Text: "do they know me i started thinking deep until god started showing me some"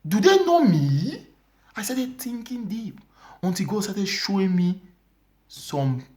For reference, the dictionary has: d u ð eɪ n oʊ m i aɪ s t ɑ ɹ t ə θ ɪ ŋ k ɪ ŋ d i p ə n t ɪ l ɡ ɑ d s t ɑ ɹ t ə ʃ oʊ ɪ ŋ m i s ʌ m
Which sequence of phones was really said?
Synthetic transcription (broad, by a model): d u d eɪ n oʊ m i aɪ s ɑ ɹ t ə t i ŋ k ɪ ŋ d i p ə n t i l ɡ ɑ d s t ɑ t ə ʃ oʊ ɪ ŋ m i s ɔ m